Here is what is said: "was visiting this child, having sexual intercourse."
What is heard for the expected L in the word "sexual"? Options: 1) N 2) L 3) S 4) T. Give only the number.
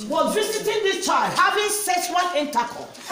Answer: 1